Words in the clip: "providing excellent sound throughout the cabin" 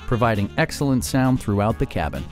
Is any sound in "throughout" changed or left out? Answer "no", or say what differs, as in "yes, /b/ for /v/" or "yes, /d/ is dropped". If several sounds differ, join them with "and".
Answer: no